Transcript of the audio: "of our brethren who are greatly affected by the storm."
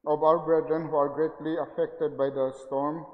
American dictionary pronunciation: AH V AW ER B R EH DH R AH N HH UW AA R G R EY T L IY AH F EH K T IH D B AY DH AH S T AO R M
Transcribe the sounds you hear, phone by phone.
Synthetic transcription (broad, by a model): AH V AW ER B R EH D R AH N HH UW AA R G R EY T L IY AH F EH K T IH D B AY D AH S T AO R M